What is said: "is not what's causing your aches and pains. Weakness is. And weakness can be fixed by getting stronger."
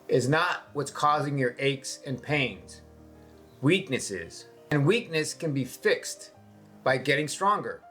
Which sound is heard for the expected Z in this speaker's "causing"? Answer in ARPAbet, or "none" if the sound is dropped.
Z